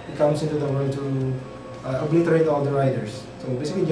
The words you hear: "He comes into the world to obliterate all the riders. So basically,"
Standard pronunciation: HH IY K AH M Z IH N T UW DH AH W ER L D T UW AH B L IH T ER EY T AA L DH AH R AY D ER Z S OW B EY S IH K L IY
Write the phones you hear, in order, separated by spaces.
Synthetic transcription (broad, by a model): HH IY K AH M S IH N T UW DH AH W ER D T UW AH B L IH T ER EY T AA L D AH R AY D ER S OW B EY S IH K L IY